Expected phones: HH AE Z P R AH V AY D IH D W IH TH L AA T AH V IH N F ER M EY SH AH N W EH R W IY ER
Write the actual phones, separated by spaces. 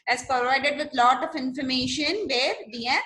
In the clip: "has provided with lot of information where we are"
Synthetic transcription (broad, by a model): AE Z P R AH V AY D IH D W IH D L AA T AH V IH N F ER M EY SH AH N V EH R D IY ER